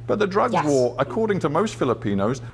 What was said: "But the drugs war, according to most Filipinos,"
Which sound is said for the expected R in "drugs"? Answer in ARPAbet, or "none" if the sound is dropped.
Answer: R